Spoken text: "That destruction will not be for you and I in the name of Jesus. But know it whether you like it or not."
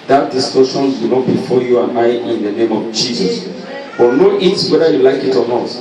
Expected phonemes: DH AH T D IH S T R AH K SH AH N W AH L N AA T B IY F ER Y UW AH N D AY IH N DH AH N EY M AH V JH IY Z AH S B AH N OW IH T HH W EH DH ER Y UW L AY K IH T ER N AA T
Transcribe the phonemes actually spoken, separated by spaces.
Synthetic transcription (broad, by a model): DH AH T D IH S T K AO SH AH N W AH N AA T B IY F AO Y UW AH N AY IH N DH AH N EY M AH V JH IY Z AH S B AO N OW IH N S W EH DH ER Y UW L AY K IH T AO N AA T